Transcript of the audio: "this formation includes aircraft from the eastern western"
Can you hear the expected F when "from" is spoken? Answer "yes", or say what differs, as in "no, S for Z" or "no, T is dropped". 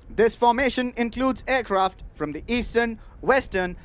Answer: yes